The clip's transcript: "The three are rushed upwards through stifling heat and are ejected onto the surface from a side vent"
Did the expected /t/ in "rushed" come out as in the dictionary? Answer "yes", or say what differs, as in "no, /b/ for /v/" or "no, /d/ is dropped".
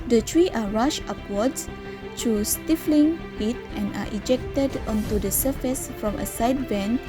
no, /t/ is dropped